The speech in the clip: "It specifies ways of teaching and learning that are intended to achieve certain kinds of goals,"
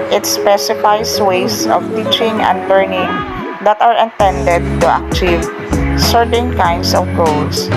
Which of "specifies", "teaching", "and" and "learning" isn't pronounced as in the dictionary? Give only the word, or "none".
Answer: specifies